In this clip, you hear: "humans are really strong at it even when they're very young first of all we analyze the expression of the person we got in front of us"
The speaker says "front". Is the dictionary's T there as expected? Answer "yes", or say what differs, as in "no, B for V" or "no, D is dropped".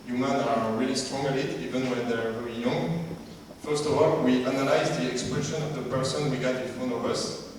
no, T is dropped